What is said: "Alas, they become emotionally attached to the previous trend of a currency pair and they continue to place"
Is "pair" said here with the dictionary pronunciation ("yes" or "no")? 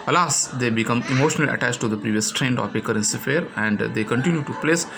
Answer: no